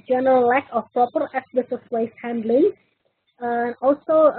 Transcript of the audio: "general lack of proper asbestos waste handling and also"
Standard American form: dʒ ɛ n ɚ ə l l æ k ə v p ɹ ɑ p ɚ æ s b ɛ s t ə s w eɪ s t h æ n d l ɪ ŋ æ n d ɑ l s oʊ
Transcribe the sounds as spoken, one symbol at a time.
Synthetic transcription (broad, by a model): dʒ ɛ n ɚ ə l l æ k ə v p ɹ ɑ p ɚ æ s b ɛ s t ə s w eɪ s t h æ n d l ɪ ŋ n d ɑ l s oʊ